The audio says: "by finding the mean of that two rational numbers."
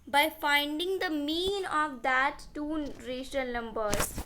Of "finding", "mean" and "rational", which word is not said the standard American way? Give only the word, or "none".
rational